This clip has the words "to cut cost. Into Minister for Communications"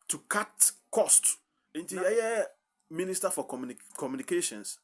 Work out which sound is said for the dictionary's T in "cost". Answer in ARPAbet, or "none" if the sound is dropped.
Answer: T